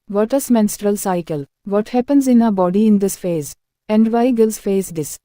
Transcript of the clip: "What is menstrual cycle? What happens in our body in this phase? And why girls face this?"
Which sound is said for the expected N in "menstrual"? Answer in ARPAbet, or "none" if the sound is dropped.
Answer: N